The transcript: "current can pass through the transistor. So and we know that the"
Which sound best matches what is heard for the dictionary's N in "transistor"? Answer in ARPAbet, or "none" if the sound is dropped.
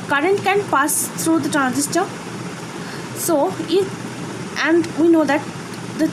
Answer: N